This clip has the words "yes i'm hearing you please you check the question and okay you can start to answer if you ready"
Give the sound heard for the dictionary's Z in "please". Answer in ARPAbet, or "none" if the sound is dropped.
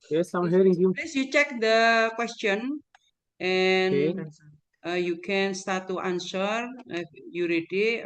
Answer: S